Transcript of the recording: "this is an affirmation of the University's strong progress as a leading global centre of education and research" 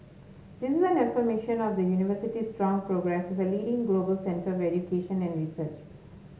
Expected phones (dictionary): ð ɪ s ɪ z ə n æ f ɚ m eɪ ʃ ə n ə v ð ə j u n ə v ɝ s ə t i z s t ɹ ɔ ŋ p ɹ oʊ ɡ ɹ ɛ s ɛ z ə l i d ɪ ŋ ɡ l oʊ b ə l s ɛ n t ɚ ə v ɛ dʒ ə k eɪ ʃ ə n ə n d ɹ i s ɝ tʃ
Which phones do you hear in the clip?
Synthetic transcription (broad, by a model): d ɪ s ɪ z ə n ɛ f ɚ m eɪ ʃ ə n ə v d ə j u n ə v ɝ s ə t i s t ɹ ɔ ŋ p ɹ oʊ ɡ ɹ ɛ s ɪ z ə l i d ɪ ŋ ɡ l oʊ b ə l s ɛ n t ɚ ə v ɛ dʒ ə k eɪ ʃ ə n ə n d ɹ i s ɝ tʃ